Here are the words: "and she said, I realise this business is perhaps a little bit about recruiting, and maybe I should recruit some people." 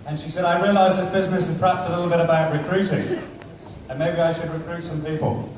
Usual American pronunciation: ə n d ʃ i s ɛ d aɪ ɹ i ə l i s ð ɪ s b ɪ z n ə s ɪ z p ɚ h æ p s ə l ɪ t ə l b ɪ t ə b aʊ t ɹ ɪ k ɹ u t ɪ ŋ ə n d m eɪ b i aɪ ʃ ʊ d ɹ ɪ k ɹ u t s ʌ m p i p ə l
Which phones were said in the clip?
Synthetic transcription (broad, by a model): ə n ʃ i s ɛ d aɪ ɹ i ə l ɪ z ð ɪ s b ɪ z n ə s ɪ z p ɚ h æ p s ə l ɪ t l b ɪ t ə b aʊ t ɹ ɪ k ɹ u t ɪ ŋ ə n m eɪ b i aɪ ʃ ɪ d ɹ ɪ k ɹ u t s ʌ m p i p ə l